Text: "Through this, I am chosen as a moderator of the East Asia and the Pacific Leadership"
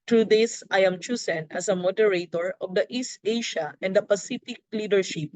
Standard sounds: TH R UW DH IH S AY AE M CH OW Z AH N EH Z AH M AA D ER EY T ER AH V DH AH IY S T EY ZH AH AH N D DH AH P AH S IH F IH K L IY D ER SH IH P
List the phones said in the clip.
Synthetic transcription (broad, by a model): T R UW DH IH S AY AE M CH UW S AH N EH S AH M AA D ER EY T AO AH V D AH IY S T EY SH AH AH N D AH P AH S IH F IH K L IY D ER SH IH P